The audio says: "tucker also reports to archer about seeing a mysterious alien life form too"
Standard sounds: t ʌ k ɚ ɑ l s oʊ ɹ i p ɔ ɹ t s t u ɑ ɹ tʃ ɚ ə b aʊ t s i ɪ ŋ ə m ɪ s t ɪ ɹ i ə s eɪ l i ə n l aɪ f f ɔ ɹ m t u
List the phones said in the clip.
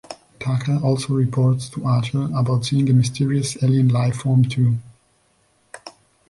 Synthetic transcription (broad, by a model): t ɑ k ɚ ɑ l s oʊ ɹ i p ɔ ɹ t s t u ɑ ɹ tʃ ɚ ə b aʊ t s i ɪ ŋ ə m ɪ s t ɪ ɹ i ə s eɪ l i ə n l aɪ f f ɔ ɹ m t u